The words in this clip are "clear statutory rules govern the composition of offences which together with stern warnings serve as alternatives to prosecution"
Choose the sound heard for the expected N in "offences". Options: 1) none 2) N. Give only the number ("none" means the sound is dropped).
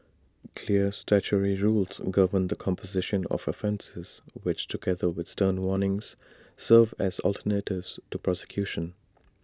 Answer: 2